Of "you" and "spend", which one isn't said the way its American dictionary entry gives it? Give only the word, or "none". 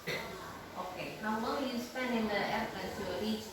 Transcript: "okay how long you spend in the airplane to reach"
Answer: none